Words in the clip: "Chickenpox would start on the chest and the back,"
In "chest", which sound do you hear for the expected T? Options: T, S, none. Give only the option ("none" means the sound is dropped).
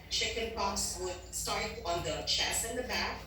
none